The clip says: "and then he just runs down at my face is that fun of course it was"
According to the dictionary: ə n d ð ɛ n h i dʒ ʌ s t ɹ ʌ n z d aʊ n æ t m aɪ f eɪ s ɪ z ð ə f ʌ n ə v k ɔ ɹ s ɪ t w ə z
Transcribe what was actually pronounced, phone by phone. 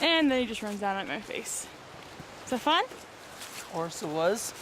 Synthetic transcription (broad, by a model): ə n ð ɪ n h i dʒ ʌ s t ɹ ʌ n z d aʊ n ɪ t m aɪ f eɪ ɪ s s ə f ʌ n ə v k ɔ ɹ s ɪ t w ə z